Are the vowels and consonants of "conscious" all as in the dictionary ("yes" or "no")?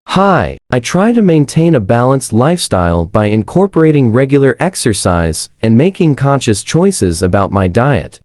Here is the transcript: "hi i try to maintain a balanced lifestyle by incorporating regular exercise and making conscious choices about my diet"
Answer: yes